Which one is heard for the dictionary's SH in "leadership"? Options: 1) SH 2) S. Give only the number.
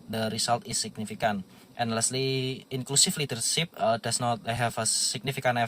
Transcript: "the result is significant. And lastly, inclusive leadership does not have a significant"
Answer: 2